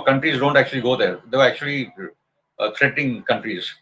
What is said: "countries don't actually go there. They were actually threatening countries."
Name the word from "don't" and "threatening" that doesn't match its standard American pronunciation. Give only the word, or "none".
threatening